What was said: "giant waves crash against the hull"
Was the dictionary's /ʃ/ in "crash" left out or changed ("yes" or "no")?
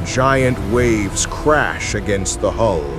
no